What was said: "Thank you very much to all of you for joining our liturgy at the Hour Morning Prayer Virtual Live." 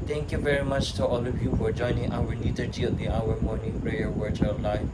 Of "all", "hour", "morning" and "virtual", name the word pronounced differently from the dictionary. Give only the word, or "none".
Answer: virtual